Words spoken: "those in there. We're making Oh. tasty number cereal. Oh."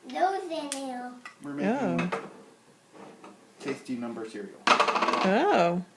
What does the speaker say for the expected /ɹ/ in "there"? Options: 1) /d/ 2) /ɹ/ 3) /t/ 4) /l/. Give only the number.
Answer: 4